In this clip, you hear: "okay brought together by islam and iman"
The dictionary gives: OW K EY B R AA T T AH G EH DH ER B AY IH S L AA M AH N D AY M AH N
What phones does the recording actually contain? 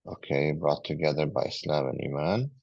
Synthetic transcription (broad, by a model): OW K EY B R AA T T AH G EH DH ER B AY IH S L AA M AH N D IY M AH N